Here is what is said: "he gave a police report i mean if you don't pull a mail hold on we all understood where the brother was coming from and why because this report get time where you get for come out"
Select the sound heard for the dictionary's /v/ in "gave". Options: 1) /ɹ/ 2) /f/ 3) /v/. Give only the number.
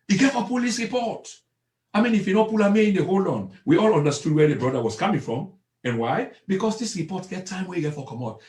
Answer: 2